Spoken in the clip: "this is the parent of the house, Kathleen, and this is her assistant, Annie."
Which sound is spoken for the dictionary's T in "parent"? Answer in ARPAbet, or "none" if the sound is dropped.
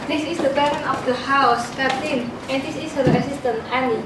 none